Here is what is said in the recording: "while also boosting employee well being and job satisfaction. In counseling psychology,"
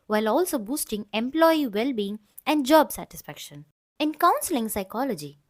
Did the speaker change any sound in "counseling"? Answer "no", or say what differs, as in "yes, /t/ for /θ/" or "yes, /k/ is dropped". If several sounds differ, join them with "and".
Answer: no